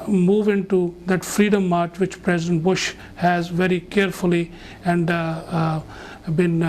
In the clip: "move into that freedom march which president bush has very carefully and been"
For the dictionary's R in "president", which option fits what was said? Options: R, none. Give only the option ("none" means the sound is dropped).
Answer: R